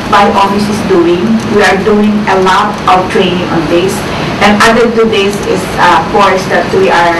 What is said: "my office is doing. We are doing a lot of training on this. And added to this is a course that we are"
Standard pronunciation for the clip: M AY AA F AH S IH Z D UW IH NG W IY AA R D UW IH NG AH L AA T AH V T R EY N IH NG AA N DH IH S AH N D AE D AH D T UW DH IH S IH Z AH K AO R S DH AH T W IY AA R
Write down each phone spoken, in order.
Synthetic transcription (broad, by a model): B AY AA F AH S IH S D UW IH NG W IY AA R D UW IH NG AH L AA T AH W T R EY N IH NG AA N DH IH S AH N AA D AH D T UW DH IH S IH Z AH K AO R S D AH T W IY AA R